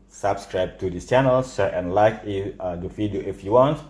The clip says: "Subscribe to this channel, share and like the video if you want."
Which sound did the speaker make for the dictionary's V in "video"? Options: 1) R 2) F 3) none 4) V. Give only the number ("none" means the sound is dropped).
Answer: 2